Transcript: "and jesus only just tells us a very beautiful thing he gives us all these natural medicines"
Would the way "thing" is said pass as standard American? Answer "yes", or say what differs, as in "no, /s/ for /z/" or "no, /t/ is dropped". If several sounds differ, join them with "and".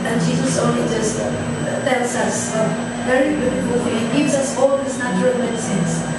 no, /f/ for /θ/